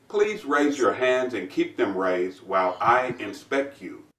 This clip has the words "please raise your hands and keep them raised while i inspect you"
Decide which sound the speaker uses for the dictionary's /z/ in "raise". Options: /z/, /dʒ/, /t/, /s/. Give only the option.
/z/